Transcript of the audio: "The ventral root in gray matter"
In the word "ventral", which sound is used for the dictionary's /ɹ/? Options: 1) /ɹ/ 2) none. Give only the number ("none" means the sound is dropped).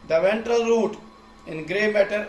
1